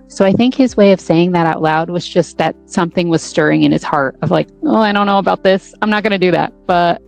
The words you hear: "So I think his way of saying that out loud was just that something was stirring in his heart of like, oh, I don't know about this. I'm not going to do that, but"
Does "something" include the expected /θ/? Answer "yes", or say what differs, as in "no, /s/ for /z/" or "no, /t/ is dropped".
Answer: yes